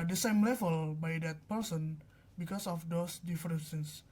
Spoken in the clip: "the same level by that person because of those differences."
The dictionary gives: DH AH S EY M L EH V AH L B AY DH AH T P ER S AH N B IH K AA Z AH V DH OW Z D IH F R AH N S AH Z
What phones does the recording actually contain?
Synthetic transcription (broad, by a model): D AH S EY M L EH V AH L B AY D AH T P ER S AH N B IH K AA S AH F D OW S D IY F R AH N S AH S